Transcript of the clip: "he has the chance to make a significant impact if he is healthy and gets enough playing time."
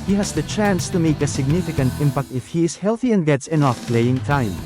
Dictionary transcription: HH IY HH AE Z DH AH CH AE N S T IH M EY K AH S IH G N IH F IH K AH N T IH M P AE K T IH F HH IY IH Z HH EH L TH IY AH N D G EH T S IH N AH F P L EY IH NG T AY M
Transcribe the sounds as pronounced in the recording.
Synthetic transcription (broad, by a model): HH IY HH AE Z DH AH CH AE N S T IH M EY K AH S IH G N IH F IH K AH N T IH M P AE K T IH F HH IY IH Z HH EH L TH IY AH N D G EH T S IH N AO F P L EY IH NG T AY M